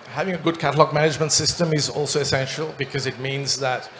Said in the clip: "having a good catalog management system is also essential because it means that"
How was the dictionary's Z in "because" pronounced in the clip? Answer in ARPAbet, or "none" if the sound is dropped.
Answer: Z